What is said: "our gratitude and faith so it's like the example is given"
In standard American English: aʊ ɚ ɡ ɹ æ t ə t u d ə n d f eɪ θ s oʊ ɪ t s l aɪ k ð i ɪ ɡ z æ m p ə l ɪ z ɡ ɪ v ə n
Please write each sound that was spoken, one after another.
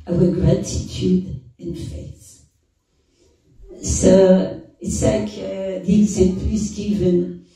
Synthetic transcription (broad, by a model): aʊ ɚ ɡ ɹ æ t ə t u d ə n f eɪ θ s oʊ ɪ t s l aɪ k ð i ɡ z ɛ p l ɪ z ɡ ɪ v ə n